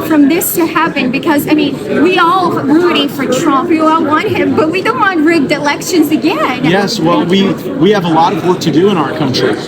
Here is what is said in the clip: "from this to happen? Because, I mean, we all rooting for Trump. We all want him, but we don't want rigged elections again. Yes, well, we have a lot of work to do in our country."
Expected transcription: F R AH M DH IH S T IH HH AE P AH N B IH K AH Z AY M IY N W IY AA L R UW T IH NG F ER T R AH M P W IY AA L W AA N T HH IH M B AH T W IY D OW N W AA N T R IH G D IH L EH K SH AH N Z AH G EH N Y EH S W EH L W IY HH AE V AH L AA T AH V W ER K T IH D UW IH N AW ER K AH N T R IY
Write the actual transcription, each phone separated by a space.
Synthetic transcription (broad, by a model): F R AH M DH IH S T IH HH AE P AH N B IH K AH Z AY M IY N W IY AA L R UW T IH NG F ER T R AH M P W IY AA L W AA N T HH IH M B AH T W IY D OW N W AA N T R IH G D IH L EH K SH AH N Z AH G EH N Y EH S W EH L W IY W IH V AH L AA T AH V W ER K T IH D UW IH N AW ER K AH N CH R IY